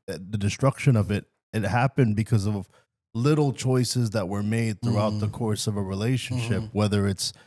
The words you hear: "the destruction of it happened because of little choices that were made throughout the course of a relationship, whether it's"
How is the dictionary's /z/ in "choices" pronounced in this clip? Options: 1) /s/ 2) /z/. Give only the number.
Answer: 2